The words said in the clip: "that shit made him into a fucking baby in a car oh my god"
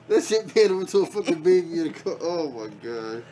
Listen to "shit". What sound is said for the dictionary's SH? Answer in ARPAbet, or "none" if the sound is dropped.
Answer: S